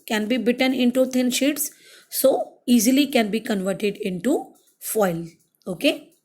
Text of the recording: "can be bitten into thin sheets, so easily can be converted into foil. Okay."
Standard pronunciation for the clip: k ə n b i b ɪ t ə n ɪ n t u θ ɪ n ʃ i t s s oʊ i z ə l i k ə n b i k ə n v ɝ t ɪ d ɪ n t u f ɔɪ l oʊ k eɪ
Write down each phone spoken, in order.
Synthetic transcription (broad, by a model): k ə n b i b ɪ t ə n ɪ n t u t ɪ n ʃ i t s s oʊ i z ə l i k ə n b i k ə n v ɝ t ɪ d ɪ n t u f ɔɪ l oʊ k eɪ